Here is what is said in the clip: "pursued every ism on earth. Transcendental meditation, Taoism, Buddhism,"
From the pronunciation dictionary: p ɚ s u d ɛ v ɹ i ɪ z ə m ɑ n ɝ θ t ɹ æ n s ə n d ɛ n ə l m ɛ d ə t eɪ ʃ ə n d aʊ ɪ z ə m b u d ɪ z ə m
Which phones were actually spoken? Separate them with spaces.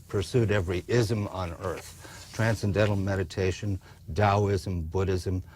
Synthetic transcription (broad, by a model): p ɚ s u d ɛ v ɹ i ɪ z ə m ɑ n ɝ θ t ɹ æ n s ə n d ɛ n l m ɛ d ə t eɪ ʃ ə n d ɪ ɪ z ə m b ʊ d ɪ z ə m